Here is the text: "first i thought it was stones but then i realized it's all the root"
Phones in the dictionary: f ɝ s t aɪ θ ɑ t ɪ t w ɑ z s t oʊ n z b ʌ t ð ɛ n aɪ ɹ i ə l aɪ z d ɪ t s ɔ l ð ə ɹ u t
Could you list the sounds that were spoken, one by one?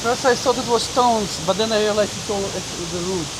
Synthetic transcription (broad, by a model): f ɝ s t aɪ s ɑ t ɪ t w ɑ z s t oʊ n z b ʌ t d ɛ n aɪ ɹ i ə l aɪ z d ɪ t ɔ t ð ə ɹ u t